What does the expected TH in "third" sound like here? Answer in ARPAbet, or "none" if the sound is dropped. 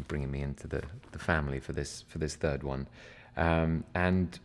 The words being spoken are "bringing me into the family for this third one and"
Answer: TH